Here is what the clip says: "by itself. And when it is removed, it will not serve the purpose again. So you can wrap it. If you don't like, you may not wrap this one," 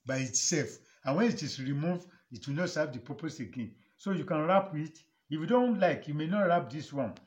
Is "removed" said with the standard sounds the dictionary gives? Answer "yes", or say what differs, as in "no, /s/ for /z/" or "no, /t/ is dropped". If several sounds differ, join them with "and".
no, /d/ is dropped